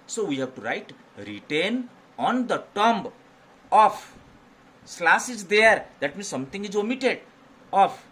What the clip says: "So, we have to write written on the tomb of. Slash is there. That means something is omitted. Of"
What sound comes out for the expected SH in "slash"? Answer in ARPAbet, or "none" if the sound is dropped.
S